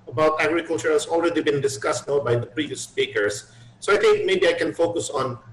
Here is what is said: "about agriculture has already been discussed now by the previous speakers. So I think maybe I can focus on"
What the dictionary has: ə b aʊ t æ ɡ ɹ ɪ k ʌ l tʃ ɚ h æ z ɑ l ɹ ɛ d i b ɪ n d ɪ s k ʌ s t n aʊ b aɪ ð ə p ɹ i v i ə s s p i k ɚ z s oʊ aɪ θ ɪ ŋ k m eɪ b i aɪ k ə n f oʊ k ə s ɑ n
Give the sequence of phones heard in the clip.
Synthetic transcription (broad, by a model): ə b aʊ t æ ɡ ɹ ɪ k ʌ l tʃ ɚ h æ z ɑ l ɹ ɛ d i b ɪ n d ɪ s k ʌ s t n aʊ b aɪ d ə p ɹ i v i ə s s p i k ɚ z s oʊ aɪ t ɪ ŋ k m eɪ b i aɪ k ə n f oʊ k ə s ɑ n